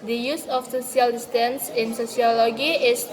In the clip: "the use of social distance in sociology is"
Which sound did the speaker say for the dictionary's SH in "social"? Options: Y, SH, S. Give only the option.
S